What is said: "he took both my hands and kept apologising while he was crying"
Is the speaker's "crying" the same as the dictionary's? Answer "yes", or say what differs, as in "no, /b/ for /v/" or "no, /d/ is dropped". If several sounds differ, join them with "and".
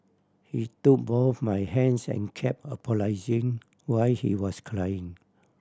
no, /l/ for /ɹ/